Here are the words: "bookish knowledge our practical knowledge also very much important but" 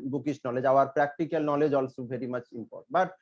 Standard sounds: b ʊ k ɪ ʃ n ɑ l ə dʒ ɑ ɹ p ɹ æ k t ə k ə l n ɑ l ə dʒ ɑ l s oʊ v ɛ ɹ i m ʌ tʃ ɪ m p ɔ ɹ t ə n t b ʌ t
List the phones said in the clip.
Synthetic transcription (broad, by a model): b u k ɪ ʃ n ɑ l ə dʒ ɑ ɹ p ɹ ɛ k t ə k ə l n ɑ l ə dʒ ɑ l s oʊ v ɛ ɹ i m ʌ tʃ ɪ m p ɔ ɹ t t b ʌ t